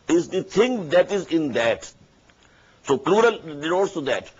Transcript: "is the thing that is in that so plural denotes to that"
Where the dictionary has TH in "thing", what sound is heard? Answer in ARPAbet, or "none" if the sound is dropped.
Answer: T